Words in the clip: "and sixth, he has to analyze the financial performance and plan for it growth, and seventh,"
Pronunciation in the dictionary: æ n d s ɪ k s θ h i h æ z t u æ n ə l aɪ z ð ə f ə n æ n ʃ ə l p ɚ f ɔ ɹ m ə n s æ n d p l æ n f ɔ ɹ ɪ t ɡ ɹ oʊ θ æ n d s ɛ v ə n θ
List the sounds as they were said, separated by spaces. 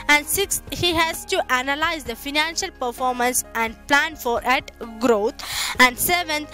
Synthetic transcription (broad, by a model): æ n d s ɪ k s h i h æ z t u æ n ə l aɪ z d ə f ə n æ n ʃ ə l p ɚ f ɔ ɹ m ə n s æ n d p l æ n f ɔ ɹ ɪ t ɡ ɹ oʊ t æ n d s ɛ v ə n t